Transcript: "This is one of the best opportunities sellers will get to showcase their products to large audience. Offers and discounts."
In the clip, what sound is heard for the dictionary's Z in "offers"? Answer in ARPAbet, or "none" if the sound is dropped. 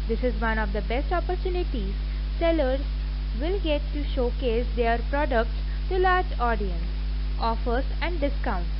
S